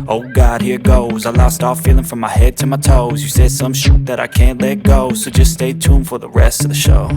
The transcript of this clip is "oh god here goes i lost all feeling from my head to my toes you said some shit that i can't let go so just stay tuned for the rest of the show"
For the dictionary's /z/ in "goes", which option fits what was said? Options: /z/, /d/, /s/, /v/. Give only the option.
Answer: /z/